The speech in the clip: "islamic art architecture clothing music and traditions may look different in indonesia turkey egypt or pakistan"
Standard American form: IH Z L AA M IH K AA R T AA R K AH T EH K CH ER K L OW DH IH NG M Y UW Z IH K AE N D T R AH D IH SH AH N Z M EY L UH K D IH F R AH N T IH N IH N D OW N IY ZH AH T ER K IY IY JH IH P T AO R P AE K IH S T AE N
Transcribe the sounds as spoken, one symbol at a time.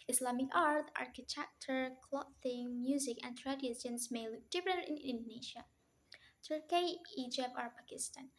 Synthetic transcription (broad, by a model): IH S L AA M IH K AA R T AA R K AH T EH K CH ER K L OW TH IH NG M Y UW Z IH K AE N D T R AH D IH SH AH N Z M EY L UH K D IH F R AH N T IH N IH N D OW N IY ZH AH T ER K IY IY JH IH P AO R P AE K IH S T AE N